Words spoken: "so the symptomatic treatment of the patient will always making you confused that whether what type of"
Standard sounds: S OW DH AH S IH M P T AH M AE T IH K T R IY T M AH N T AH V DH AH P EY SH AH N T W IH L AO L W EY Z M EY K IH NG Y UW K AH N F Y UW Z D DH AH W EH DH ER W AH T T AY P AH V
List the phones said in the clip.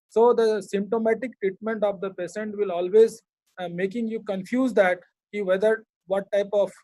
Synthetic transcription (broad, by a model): S OW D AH S IH M P T AH M AE T IH K T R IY T M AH N T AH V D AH P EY S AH N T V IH L AO L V EY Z M EY K IH NG Y UW K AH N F Y UW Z D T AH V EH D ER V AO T T AY P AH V